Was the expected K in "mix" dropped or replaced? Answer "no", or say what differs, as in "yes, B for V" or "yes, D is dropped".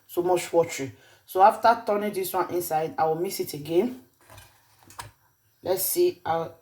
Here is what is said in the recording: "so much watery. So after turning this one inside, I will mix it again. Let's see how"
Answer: yes, K is dropped